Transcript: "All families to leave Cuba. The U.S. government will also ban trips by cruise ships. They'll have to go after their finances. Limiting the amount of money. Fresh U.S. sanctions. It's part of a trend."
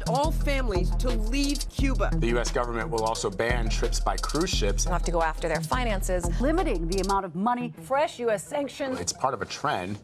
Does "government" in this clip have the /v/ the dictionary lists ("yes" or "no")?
yes